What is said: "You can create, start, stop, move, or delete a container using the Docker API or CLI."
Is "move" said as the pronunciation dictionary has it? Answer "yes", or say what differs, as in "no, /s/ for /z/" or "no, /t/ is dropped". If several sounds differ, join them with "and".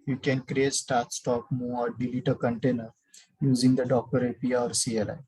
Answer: no, /v/ is dropped